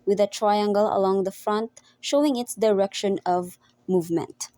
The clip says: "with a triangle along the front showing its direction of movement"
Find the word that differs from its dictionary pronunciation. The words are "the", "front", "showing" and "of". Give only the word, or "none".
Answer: none